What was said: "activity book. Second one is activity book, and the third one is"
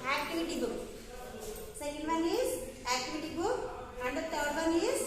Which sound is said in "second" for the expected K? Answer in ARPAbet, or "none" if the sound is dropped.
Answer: none